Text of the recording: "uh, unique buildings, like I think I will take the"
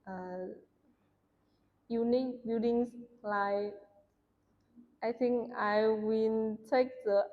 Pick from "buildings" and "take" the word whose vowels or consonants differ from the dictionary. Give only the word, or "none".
buildings